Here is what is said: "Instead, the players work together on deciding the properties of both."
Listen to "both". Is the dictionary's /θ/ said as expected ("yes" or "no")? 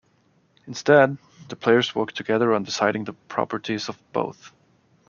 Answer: yes